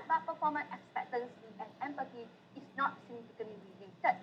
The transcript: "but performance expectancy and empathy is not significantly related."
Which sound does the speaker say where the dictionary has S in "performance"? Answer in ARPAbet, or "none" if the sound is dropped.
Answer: none